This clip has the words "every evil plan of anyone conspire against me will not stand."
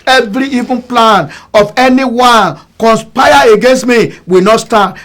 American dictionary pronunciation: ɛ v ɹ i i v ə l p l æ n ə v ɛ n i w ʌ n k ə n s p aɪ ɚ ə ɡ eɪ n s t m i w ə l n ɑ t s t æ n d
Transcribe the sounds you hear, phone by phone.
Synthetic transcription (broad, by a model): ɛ v ɹ i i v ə n p l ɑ n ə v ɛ n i w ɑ n k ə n s p aɪ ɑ ə ɡ eɪ n s t m i w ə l n ɑ t s t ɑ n